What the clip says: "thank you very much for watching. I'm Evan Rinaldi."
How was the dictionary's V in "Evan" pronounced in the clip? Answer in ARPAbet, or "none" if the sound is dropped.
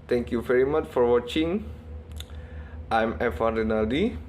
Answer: F